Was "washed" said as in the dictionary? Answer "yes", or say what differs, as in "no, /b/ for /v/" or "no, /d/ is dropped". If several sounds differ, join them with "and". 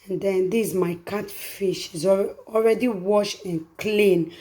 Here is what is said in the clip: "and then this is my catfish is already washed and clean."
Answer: no, /t/ is dropped